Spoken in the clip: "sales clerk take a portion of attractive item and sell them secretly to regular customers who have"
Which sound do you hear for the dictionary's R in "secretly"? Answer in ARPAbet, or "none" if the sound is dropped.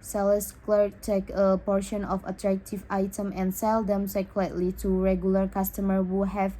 L